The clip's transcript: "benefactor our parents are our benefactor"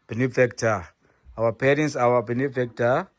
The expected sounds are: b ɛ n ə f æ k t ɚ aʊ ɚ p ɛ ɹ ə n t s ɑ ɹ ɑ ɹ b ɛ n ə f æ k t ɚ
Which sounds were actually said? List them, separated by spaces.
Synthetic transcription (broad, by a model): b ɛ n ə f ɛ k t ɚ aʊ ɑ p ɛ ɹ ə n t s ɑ w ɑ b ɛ n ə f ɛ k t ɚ